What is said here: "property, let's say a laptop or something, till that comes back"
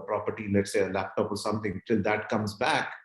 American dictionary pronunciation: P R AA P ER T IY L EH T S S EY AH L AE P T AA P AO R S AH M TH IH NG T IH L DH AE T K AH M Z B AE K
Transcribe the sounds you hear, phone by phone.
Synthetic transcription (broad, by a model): P R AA P ER T IY L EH T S S EY AH L AE P T AA P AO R S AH M T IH NG T IH L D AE T K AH M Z B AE K